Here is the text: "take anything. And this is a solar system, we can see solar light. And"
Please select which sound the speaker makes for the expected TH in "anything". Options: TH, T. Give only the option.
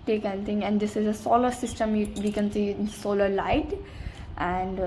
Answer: T